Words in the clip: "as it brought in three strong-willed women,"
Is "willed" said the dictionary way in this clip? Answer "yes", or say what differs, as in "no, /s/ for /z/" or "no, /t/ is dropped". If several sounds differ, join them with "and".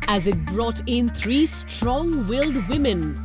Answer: yes